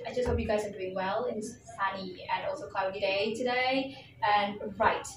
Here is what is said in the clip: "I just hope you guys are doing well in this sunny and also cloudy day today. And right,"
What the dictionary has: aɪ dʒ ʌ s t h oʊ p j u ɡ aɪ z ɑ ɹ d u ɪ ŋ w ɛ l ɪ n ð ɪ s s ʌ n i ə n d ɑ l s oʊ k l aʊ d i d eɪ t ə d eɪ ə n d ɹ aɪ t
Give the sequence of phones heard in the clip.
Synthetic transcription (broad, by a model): aɪ dʒ ʌ s t h oʊ p j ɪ ɡ aɪ z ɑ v d u ɪ ŋ w ɛ l ɪ n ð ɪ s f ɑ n i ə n ɑ l s oʊ k l aʊ d i d eɪ t ə d eɪ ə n ɹ aɪ t